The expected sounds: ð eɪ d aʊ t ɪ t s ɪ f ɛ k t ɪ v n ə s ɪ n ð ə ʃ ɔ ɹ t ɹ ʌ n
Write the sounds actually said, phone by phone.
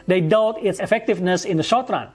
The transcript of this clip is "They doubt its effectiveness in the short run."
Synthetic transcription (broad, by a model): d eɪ d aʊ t ɪ t s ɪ f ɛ k t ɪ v n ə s ɪ n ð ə ʃ ɔ ɹ t ɹ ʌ n